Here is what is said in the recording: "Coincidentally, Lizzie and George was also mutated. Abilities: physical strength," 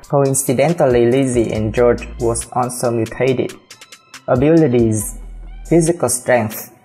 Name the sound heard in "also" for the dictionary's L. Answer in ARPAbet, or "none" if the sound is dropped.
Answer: N